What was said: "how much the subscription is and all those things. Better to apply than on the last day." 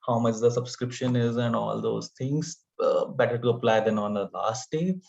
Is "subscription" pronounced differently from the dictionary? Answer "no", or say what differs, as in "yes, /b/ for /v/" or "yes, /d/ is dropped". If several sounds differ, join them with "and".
no